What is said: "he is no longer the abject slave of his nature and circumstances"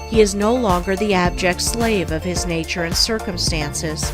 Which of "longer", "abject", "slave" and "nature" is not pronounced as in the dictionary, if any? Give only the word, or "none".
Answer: none